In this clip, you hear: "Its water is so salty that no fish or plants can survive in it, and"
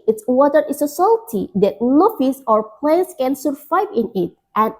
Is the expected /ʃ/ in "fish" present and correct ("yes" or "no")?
no